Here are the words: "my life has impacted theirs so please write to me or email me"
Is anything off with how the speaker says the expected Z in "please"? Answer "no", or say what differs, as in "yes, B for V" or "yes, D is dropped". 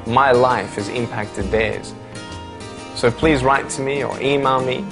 no